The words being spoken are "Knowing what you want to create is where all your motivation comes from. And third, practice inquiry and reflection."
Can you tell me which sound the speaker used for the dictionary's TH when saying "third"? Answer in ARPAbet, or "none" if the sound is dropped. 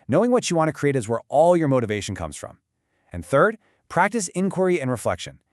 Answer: TH